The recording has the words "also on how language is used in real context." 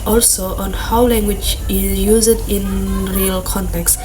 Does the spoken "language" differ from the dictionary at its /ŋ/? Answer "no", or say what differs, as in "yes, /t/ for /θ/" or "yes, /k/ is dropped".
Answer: no